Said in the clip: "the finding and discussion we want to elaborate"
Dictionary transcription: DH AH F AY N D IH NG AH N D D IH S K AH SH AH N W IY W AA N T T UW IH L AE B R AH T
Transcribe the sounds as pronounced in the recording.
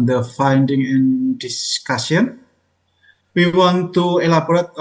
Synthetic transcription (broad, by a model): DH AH F AY N D IH NG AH N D D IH S K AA S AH N W IY W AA N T T UW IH L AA B R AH T